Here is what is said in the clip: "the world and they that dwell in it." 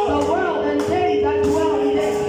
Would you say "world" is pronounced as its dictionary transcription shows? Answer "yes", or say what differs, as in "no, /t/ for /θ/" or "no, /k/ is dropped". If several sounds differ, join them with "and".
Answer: yes